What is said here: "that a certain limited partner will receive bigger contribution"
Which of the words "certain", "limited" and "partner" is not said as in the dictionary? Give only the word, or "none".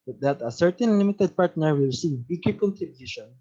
none